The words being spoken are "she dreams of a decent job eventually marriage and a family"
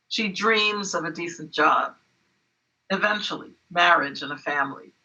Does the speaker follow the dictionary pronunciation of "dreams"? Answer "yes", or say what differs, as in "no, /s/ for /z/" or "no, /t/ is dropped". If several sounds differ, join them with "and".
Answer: yes